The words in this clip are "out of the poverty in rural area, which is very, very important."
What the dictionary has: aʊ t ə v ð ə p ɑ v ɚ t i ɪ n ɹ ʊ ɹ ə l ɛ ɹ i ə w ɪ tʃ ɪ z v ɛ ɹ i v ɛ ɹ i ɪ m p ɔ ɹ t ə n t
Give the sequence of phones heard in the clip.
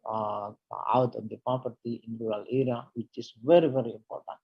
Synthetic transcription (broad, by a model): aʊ t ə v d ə p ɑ p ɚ t i ɪ n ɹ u ɹ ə l ɛ ɹ i ə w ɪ tʃ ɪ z v ɛ ɹ i v ɛ ɹ i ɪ m p ɔ ɹ t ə n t